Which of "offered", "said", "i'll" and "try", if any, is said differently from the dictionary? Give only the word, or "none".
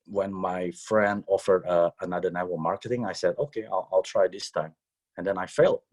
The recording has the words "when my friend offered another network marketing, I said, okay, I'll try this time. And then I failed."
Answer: none